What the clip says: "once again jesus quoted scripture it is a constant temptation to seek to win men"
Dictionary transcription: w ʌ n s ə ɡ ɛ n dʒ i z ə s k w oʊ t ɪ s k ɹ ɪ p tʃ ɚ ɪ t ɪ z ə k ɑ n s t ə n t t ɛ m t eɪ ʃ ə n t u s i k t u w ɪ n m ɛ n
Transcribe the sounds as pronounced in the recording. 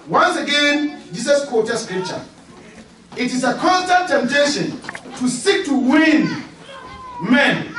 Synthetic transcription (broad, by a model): w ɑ n s ə ɡ ɛ n dʒ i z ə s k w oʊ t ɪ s k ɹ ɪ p tʃ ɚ ɪ t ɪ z ə k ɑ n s t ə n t t ɛ m t eɪ ʃ ə n t u s i k t u w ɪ n m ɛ n